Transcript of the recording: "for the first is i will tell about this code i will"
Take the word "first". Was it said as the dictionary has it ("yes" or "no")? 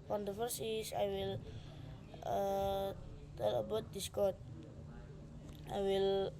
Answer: no